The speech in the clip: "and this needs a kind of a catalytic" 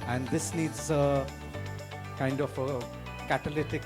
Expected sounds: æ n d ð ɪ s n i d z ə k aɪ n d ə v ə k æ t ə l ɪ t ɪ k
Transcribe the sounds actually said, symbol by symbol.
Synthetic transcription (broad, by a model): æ n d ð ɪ s n i d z ə k aɪ n d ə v ə k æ t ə l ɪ t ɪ k